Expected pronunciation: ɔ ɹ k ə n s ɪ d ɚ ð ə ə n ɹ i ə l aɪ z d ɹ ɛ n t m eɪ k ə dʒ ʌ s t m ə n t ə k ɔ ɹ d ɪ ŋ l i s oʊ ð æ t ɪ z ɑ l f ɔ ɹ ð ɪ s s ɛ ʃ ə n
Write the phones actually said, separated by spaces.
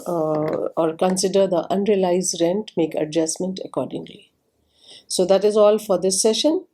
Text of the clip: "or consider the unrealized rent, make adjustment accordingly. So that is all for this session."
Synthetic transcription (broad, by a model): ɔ ɹ k ə n s ɪ d ɚ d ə ə n ɹ i ə l aɪ z d ɹ ɛ n t m eɪ k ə dʒ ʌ s m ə n t ə k ɔ ɹ d ɪ ŋ l i s oʊ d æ t ɪ z ɑ l f ɔ ɹ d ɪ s s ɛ ʃ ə n